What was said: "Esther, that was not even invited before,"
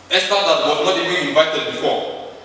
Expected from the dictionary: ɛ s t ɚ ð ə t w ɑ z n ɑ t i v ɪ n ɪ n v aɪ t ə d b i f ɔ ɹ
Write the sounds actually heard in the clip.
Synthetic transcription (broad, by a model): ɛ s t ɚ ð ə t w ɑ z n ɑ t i b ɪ ɪ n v aɪ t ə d b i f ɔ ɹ